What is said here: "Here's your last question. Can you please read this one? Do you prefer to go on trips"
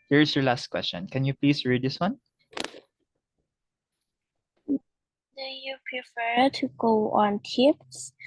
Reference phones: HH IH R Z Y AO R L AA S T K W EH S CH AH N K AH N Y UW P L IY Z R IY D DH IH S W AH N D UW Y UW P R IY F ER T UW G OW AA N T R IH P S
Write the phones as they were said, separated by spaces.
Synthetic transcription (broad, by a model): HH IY R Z Y AO R L AA S T K W EH S CH AH N K AH N Y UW P L IY S R IY D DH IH S W AH N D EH Y UW P R IY F ER T UW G OW AA N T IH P S